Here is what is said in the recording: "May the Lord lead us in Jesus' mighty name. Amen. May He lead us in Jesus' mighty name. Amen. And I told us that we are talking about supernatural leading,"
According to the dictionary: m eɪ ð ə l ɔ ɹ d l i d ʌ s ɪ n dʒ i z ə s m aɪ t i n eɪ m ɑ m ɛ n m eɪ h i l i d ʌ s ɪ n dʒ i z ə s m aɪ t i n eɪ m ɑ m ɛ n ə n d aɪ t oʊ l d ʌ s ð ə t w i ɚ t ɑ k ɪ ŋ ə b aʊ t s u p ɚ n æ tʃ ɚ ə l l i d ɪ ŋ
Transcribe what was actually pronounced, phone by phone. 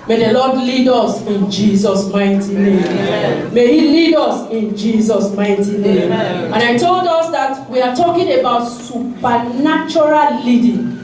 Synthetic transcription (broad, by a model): m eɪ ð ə l ɔ d l i d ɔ s ɪ n dʒ i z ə s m aɪ t i n eɪ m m m eɪ h i l i d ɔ s ɪ n dʒ i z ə s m aɪ t i n eɪ m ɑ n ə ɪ t oʊ l d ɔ s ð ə t w i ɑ t ɑ k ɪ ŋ ə b aʊ t s u p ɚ n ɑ tʃ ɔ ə l l i d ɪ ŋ